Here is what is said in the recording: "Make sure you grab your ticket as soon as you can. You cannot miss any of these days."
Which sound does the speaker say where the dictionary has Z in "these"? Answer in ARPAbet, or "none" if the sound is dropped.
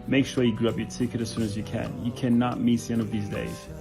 Z